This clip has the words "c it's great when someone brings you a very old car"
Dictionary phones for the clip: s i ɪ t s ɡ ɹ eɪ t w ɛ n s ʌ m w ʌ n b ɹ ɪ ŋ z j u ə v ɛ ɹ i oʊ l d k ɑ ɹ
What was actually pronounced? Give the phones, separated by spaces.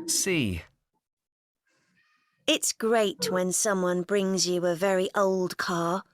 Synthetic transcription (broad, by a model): s i ɪ t s ɡ ɹ eɪ t w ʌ n s ʌ m w ʌ n b ɹ ɪ ŋ z j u ə v ɛ ɹ i oʊ l d k ɑ